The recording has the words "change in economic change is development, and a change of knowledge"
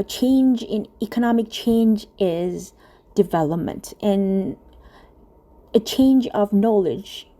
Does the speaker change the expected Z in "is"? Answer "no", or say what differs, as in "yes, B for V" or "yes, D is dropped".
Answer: no